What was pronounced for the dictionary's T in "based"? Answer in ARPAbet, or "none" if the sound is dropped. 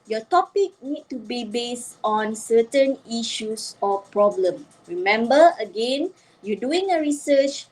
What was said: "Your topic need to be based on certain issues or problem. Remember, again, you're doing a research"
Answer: T